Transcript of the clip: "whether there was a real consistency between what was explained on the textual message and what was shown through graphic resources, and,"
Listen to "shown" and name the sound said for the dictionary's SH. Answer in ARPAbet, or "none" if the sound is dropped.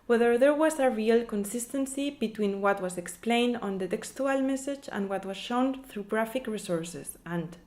SH